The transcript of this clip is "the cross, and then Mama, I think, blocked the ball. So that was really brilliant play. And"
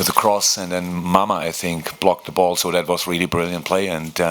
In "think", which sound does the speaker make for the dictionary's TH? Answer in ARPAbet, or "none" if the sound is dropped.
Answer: TH